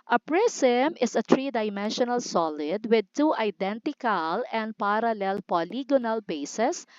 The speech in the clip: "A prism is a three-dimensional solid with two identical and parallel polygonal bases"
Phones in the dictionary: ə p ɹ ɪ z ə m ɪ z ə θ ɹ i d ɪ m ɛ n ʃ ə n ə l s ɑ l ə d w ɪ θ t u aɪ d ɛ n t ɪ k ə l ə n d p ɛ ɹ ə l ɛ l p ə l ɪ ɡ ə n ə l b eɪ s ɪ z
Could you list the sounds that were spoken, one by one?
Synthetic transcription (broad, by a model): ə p ɹ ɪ s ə m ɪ s ə t ɹ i d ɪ m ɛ n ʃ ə n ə l s ɑ l ə d w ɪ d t u aɪ d ɛ n t ɪ k ə l ə n d p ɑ ɹ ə l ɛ l p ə l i ɡ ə n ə l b eɪ s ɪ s